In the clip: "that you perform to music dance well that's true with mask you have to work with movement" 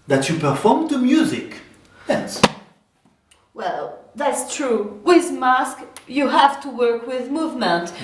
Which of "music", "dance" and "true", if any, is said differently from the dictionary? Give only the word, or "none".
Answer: dance